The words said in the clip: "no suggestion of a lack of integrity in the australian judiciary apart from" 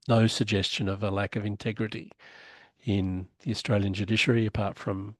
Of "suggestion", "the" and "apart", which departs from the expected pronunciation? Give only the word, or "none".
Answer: none